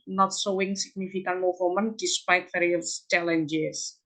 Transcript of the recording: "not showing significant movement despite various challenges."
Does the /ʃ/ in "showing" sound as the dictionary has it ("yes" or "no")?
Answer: no